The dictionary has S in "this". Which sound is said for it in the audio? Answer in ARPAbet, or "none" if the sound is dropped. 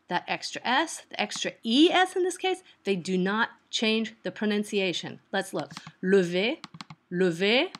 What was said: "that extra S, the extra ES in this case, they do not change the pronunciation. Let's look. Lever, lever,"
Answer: S